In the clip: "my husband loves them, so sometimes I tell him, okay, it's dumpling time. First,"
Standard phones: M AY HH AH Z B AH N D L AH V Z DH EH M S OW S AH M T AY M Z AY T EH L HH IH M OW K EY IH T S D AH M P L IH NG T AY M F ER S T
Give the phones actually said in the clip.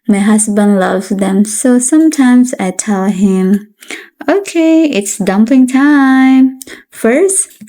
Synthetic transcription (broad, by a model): M AY HH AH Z B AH N D L AH V Z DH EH M S OW S AH M T AY M Z AY T EH L HH IH M OW K EY IH T S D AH M P IH NG T AY M F ER S T